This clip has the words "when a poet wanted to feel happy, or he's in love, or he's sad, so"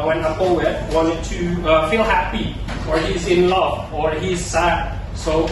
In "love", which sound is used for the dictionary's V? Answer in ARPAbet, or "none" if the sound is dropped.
V